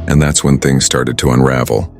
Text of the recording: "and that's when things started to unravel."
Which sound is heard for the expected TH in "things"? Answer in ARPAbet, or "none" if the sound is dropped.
TH